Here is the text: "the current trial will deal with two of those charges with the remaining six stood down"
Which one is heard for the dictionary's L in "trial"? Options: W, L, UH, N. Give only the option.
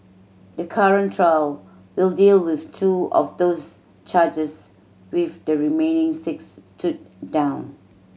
L